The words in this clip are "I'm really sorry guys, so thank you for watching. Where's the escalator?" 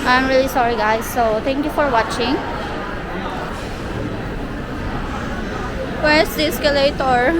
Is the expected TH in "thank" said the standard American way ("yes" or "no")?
no